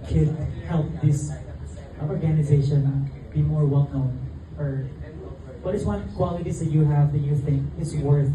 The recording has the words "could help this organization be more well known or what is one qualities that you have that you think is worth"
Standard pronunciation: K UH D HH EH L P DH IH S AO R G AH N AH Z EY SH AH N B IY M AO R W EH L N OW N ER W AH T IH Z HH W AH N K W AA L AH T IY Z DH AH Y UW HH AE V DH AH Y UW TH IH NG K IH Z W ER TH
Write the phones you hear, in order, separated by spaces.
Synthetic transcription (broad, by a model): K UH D HH EH L P DH IH S AO R G AH N AH Z EY SH AH N B IY M AO R W EH L N OW N ER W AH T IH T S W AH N K W AA L AH T IY Z DH AH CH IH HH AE V DH AH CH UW TH IH NG K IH S W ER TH